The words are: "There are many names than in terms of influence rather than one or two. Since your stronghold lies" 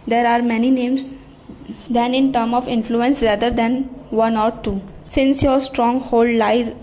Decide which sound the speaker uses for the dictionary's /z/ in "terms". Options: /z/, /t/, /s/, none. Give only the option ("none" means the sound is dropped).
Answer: none